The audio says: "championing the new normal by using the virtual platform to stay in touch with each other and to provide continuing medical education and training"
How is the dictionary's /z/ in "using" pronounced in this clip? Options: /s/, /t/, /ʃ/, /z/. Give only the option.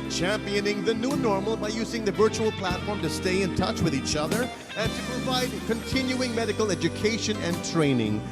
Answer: /z/